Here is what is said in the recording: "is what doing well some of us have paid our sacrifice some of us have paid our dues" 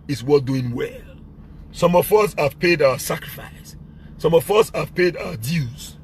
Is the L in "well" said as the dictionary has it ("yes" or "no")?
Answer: yes